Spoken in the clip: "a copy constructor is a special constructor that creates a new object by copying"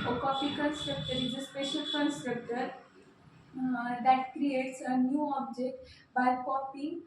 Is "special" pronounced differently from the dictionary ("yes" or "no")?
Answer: no